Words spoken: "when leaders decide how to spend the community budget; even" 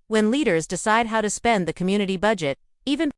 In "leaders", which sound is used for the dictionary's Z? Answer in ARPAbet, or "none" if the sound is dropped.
Z